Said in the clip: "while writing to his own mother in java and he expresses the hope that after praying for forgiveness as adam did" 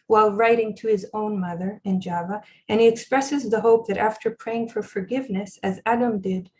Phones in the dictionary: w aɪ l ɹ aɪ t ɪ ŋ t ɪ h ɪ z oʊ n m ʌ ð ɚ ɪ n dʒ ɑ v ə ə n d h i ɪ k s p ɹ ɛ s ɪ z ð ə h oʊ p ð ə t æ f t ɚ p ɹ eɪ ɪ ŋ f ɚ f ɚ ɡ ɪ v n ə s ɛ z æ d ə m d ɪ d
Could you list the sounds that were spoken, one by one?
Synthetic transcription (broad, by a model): w aɪ l ɹ aɪ t ɪ ŋ t ɪ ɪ z oʊ n m ʌ ð ɚ ɪ n dʒ ɑ v ə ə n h i ɪ k s p ɹ ɛ s ɪ z ð ə h oʊ p ð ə t æ f t ɚ p ɹ eɪ ɪ ŋ f ɚ f ɚ ɡ ɪ v n ə s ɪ z æ d ə m d ɪ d